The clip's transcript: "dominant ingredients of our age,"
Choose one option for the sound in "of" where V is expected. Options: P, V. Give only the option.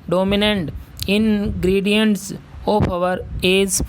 P